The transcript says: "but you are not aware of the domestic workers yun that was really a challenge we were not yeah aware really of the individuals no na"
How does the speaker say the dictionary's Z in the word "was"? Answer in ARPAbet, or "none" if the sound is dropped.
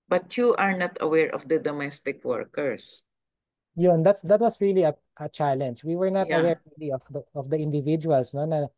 S